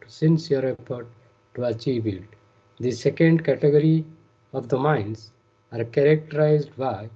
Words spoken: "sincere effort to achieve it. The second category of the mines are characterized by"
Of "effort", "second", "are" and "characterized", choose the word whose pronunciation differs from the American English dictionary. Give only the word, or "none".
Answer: effort